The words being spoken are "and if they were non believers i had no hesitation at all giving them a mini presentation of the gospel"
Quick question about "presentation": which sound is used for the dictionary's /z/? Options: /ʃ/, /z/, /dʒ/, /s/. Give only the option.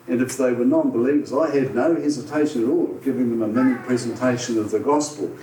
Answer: /z/